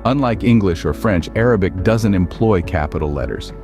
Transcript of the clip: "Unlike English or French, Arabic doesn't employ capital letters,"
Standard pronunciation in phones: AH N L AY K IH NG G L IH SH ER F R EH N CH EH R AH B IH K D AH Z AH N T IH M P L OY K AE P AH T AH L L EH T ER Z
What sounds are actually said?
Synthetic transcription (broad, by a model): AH N L AY K IH NG G L IH SH ER F R EH N CH EH R AH B IH K D AH Z AH N T IH M P L OY K AE P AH T L L EH T ER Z